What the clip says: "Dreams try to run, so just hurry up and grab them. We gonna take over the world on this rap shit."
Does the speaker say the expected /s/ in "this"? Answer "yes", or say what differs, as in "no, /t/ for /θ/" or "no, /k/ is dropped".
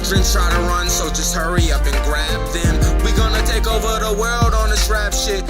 no, /ʃ/ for /s/